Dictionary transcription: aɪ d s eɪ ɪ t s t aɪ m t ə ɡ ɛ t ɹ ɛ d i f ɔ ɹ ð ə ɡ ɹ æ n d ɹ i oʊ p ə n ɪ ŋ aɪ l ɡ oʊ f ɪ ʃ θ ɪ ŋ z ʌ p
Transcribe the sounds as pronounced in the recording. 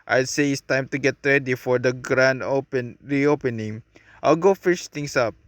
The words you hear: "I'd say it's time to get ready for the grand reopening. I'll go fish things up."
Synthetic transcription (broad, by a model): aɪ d s eɪ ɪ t s t aɪ m t ə ɡ ɛ t ɹ ɛ d i f ɔ ɹ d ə ɡ ɹ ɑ n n ɹ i oʊ p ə n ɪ ŋ aɪ l ɡ oʊ f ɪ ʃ t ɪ ŋ s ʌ p